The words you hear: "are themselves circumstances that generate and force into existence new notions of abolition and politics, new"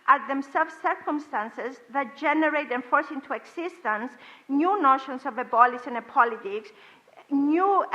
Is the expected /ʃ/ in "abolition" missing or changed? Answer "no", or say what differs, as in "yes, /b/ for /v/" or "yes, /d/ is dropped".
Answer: yes, /s/ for /ʃ/